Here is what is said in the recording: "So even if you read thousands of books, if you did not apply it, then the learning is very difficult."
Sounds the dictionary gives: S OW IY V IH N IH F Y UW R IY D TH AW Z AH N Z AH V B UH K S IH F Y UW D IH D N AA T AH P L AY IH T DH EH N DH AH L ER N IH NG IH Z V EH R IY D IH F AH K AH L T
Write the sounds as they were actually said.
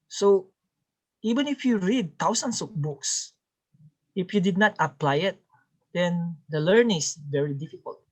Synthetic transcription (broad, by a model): S OW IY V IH N IH F Y UW R IY D T AW S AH N S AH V B UH K S IH F Y UW D IH D N AA T AH P L AY IH T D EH N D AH L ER N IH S V EH R IY D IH F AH K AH L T